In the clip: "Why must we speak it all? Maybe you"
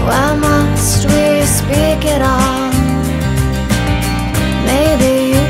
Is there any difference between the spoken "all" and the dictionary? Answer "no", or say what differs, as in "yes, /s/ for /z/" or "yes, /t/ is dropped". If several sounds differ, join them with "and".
yes, /n/ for /l/